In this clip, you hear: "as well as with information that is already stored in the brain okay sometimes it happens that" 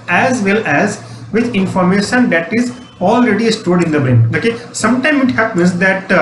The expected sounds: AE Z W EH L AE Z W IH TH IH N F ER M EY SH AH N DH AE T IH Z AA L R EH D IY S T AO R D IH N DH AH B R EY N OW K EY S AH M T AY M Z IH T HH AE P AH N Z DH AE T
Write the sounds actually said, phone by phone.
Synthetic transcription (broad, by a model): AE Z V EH L AE Z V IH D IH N F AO M EY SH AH N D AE T IH Z AA L R EH D IY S T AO D IH N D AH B R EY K OW K EY S AH M T AY M IH T HH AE P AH N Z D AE T